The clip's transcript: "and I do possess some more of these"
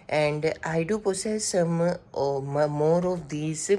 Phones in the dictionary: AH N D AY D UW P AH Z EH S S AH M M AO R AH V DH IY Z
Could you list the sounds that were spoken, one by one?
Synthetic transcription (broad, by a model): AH N D AY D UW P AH S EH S S AH M M AO R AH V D IY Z